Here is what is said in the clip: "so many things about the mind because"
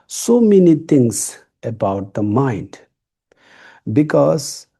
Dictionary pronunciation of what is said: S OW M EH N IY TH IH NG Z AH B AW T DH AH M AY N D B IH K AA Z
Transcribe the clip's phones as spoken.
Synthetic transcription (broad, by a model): S OW M EH N IY T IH NG S AH B AW T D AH M AY N D B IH K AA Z